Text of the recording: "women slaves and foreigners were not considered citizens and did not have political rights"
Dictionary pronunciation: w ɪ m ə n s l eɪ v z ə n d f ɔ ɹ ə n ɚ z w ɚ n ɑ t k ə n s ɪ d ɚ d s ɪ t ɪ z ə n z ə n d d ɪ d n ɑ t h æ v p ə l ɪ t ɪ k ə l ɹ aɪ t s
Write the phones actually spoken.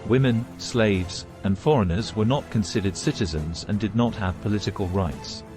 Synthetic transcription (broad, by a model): w ɪ m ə n s l eɪ v z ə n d f ɔ ɹ ə n ɚ z w ɚ n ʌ t k ə n s ɪ d ɚ d s ɪ t ɪ z ə n z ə n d d ɪ d n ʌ t h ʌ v p ə l ɪ t ɪ k ə l ɹ aɪ t s